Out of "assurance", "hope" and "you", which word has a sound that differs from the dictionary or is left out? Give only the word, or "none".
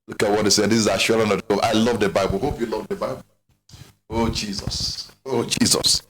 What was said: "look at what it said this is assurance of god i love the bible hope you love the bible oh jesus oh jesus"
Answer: assurance